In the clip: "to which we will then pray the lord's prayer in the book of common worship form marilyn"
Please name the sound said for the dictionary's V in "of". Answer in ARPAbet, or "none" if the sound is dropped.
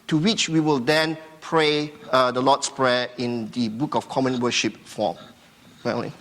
F